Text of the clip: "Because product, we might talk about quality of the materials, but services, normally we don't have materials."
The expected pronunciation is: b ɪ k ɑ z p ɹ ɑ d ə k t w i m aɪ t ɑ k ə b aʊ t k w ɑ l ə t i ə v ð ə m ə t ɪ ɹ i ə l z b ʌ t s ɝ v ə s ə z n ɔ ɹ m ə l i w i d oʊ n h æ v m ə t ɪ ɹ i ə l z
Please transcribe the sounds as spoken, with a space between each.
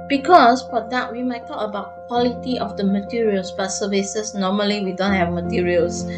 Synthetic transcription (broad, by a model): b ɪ k ɑ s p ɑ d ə t w i m aɪ t ɑ k ə b aʊ t k w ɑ l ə t i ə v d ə m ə t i ɹ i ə l s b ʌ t s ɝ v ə s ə s n ɔ m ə l i w i d oʊ n h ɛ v m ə t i ɹ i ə l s